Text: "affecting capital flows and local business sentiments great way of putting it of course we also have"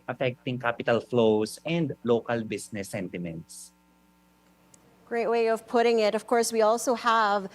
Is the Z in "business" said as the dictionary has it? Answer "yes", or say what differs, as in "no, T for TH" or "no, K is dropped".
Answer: no, S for Z